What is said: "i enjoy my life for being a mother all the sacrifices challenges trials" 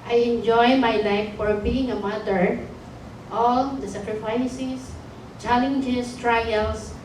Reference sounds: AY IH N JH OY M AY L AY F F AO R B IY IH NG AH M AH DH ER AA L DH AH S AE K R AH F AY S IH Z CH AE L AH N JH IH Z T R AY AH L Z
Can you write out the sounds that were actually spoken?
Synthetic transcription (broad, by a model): AY IH N JH OY M AY L AY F F AO R B IY IH NG AH M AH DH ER AA L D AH S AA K R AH F AY S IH S CH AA L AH N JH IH S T R AY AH L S